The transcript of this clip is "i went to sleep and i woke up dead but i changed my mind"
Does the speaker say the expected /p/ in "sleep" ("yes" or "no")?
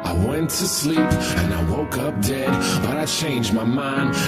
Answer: yes